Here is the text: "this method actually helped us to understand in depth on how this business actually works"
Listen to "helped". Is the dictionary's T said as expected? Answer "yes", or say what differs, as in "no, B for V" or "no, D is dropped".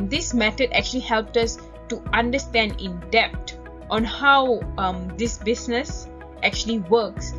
yes